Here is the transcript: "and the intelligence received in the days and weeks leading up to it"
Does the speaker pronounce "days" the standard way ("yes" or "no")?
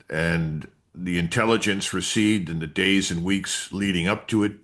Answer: yes